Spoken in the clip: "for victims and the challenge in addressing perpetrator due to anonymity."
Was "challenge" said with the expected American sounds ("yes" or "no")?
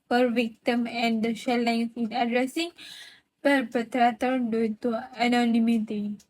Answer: no